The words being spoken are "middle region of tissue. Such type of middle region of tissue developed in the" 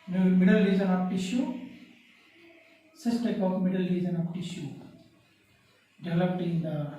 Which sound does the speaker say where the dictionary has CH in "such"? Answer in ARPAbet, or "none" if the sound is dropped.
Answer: S